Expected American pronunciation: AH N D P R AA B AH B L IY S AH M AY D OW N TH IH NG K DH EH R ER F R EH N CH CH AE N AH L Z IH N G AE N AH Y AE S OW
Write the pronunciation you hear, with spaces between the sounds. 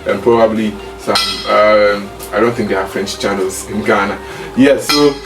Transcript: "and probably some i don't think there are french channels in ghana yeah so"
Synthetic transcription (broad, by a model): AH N P R AA B AH B L IY S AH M AY D OW N TH IH NG K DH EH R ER F R EH N CH CH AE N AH L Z IH N G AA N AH Y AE S OW